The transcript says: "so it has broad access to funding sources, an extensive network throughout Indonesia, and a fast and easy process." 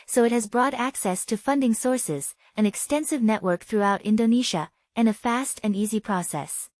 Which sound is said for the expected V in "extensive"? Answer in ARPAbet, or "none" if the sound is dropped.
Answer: V